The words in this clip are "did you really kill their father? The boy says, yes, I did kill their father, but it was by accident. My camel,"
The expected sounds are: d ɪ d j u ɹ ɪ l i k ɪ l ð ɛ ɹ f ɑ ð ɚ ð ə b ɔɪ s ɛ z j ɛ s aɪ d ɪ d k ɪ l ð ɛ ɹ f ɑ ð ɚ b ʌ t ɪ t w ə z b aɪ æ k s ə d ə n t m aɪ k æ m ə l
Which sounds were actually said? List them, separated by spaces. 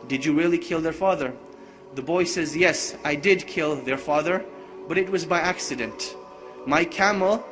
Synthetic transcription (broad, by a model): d ɪ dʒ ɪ ɹ ɪ l i k ɪ l ð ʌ ɹ f ɑ ð ɚ ð ə b ɔɪ s ɛ z j ɛ s aɪ d ɪ d k ɪ l ð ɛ ɹ f ɑ ð ɚ b ʌ t ɪ t w ə z b aɪ æ k s ə d ə n t m aɪ k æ m l